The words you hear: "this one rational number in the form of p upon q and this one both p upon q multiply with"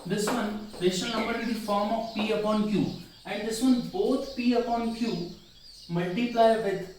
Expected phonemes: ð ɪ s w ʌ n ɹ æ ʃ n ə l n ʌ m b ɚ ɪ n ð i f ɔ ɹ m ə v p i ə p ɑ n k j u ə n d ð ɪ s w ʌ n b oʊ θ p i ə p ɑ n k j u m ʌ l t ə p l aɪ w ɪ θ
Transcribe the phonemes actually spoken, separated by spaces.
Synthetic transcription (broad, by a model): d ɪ s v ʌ n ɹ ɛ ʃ ə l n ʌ m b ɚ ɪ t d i f ɔ ɹ m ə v p i ə p ɑ n k j u ə n d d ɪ s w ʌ n b oʊ t p i ə p ɑ n k j u m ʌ l t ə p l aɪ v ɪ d